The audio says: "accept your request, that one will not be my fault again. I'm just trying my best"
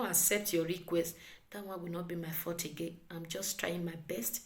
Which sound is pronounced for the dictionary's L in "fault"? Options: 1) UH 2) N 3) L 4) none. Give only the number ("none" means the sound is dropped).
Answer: 4